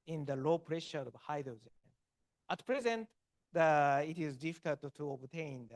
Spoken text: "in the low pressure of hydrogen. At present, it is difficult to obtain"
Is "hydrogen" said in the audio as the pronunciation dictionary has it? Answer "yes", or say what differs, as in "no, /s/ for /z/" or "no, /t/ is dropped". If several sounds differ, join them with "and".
no, /z/ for /dʒ/